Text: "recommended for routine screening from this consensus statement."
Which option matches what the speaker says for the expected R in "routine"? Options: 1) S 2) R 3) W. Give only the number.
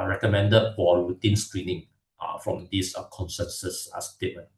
3